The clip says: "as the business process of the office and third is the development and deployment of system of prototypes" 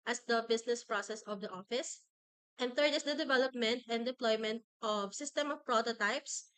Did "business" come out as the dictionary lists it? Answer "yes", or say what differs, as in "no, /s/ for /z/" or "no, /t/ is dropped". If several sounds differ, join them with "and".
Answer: no, /s/ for /z/